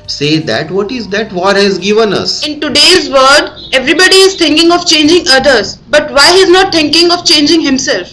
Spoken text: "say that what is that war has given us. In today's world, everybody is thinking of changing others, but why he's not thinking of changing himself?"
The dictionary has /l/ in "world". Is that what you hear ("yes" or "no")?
no